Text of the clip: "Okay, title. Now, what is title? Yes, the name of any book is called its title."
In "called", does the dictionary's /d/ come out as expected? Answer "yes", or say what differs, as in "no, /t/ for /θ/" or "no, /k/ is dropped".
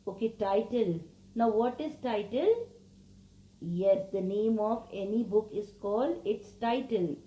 yes